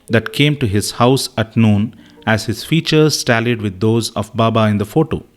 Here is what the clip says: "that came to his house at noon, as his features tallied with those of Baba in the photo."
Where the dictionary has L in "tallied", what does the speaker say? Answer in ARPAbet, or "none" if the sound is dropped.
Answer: L